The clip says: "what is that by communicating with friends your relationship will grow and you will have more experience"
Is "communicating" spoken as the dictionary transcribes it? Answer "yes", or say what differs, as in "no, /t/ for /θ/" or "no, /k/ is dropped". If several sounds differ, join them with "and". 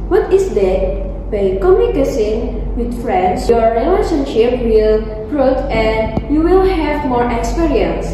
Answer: no, /s/ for /t/